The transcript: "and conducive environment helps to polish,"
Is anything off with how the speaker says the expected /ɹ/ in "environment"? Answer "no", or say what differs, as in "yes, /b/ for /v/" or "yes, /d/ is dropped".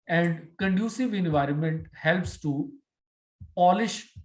no